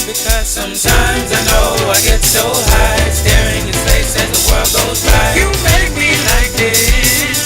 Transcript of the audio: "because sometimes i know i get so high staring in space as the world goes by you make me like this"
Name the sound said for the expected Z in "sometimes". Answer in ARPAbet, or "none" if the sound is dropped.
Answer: Z